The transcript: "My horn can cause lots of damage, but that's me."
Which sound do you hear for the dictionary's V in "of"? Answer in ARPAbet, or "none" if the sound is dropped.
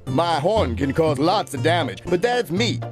V